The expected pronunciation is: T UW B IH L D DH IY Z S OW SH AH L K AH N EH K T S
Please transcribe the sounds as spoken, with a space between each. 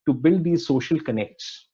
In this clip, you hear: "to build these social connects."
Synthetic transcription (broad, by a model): T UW B IH L D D IY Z S OW SH AH L K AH N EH K T S